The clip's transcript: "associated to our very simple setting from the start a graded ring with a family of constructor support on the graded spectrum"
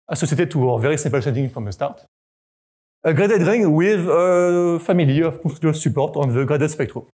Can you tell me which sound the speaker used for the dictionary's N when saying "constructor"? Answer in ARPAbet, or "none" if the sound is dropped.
none